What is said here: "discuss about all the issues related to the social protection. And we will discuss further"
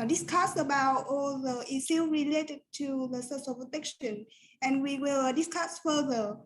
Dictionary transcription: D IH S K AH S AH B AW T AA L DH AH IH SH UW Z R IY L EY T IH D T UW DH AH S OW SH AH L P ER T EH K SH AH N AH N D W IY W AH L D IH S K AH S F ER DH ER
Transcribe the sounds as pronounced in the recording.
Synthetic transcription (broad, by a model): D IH S K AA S AH B AW T AA L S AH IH S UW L R IY L EY T IH D T UW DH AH S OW S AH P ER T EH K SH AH N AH N W IY W AH L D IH S K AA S F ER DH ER